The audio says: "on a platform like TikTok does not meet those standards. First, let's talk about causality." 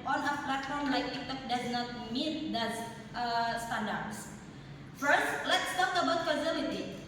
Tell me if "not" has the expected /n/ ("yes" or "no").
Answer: yes